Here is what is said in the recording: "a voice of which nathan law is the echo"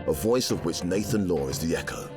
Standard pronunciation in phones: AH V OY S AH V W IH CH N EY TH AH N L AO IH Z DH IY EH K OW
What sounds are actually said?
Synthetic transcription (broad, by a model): AH V OY S AH V W IH CH N EY TH AH N L AO IH Z DH IY EH K OW